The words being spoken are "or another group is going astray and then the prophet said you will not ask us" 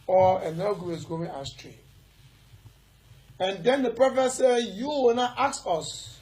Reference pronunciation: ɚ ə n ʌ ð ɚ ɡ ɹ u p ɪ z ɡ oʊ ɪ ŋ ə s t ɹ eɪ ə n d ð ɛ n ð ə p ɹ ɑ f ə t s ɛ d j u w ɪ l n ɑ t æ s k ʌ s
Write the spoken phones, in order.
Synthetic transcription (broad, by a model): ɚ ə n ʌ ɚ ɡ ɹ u ɪ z ɡ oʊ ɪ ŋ ə s t ɹ eɪ ə n d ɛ n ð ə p ɹ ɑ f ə s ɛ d j u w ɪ n ɑ t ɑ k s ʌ s